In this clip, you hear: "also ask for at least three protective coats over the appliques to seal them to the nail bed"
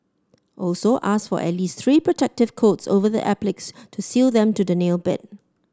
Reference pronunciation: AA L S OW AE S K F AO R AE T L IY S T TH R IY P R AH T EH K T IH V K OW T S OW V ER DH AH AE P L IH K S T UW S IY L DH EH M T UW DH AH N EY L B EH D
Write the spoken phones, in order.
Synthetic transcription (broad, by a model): AA L S OW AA S F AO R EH T L IY S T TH R IY P R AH T EH K T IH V K OW T S OW V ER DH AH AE P L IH K S T UW S IY L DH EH M T UW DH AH N EY L B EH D